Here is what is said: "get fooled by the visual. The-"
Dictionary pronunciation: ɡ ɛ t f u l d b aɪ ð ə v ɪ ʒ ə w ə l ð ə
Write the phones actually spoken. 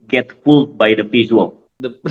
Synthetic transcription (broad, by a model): ɡ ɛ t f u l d b aɪ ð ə p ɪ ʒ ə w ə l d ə